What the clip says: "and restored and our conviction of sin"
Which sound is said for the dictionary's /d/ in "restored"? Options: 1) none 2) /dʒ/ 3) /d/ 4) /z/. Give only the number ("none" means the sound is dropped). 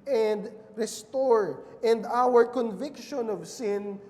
1